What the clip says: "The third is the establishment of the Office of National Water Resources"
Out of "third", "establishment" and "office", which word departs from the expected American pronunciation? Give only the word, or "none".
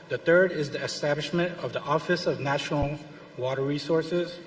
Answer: none